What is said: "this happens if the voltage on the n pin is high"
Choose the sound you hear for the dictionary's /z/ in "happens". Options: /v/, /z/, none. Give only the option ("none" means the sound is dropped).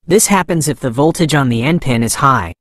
/z/